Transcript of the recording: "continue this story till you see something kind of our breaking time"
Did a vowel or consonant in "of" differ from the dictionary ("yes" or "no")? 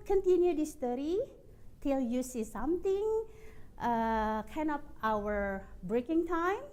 yes